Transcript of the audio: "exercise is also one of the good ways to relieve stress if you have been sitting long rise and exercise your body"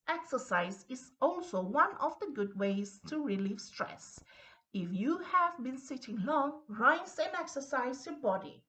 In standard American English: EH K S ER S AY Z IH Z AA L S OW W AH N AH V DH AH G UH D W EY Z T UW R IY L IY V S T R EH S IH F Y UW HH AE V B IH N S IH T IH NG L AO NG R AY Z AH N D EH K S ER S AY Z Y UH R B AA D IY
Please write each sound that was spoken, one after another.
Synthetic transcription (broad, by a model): EH K S ER S AY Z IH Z AA L S OW W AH N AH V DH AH G UH D W EY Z T UW R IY L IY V S T R EH S IH F Y UW HH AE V B IH N S IH T IH NG L AO NG R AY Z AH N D EH K S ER S AY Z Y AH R B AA D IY